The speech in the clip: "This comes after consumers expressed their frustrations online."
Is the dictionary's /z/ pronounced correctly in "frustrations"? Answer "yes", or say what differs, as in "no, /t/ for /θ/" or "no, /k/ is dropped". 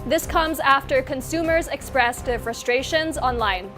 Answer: yes